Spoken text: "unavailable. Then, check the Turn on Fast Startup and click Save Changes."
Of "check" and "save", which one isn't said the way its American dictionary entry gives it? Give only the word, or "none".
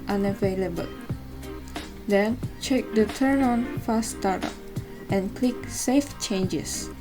save